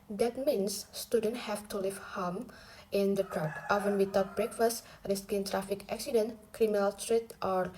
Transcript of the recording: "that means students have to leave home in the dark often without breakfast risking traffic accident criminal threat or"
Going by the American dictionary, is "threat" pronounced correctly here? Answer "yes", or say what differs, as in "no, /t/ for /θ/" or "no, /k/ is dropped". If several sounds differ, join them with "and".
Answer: no, /t/ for /θ/